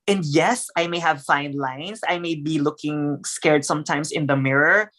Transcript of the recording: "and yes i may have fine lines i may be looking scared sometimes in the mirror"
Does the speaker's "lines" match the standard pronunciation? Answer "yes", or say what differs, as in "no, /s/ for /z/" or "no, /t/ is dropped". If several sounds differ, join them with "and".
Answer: no, /s/ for /z/